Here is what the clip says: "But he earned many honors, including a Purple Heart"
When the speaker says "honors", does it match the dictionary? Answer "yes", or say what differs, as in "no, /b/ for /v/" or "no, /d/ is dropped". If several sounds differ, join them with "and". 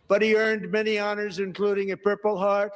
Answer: yes